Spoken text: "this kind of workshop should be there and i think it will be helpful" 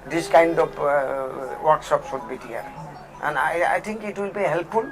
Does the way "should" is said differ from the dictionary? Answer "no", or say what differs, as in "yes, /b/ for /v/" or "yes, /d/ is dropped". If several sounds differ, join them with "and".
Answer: yes, /s/ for /ʃ/